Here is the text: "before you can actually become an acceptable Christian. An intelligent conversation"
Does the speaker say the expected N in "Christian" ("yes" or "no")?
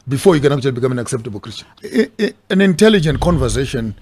no